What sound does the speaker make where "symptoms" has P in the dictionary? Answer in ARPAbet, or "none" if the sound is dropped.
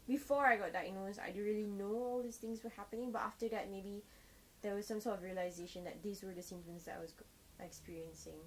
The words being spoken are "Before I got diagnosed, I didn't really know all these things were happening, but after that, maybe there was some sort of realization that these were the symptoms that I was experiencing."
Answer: none